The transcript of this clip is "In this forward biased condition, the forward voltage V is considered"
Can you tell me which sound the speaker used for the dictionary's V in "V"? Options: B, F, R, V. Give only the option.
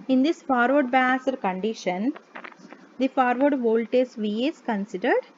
V